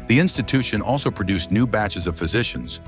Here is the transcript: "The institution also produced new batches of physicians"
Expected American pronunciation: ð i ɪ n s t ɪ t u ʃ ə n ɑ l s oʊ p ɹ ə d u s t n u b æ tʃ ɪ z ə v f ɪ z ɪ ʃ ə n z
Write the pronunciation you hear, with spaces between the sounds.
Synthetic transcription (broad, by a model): ð i ɪ n s t ɪ t u ʃ ə n ɑ l s oʊ p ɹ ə d u s n u b æ tʃ ɪ z ə v f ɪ z ɪ ʃ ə n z